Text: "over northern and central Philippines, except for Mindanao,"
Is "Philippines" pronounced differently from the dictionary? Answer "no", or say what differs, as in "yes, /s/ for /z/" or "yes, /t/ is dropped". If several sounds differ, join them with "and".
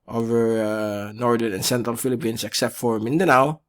yes, /s/ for /z/